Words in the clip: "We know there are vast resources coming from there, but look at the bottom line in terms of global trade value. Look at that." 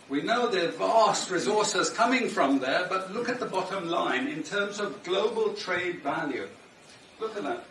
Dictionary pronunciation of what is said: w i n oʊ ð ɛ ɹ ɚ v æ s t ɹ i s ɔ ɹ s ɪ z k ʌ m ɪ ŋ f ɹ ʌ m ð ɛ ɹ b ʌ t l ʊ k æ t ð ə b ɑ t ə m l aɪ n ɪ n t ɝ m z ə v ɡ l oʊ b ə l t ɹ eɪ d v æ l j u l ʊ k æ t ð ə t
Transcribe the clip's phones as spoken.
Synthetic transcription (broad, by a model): w i n oʊ ð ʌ ɹ v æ s t ɹ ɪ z ɔ ɹ s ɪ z k ʌ m ɪ ŋ f ɹ ʌ m ð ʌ ɹ b ʌ t l ʊ k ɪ t ð ə b ɑ t ə m l aɪ n ɪ n t ɝ m z ə v ɡ l oʊ b ə l t ɹ eɪ d v æ l j u l ʊ k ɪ t ð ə t